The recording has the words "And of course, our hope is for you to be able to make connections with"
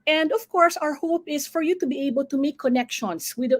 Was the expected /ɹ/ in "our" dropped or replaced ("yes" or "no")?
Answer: no